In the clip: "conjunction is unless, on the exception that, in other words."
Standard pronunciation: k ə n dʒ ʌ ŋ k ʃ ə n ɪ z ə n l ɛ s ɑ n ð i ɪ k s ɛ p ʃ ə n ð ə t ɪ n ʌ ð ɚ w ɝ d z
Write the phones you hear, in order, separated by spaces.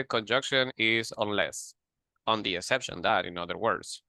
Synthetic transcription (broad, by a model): k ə n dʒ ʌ ŋ k ʃ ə n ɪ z ə n l ɛ s ɑ n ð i ɪ k s ɛ p ʃ ə n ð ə t ɪ n ʌ ð ɚ w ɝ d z